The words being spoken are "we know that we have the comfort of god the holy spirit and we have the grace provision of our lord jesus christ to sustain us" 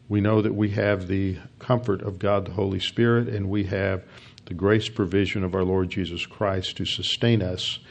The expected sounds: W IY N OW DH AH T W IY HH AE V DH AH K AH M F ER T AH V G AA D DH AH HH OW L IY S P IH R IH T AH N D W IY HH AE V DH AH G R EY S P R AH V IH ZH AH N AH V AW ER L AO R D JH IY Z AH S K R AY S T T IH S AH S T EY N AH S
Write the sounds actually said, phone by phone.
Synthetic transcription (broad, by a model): W IY N OW DH AH T W IY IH V DH AH K AH M F ER T AH V G AA D DH AH HH OW L IY S P IH R IH T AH N W IY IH V DH AH G R EY S P R AH V IH ZH AH N AH V AW ER L AO R D JH IY Z AH S K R AY S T T IH S AH S T EY N AH S